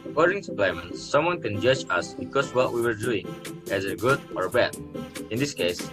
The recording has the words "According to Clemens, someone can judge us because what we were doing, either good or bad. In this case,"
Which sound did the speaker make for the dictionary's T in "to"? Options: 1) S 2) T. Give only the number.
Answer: 1